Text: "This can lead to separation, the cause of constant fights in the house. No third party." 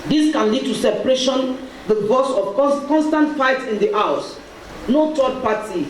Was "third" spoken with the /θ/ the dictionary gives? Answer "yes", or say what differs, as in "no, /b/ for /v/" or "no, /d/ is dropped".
no, /t/ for /θ/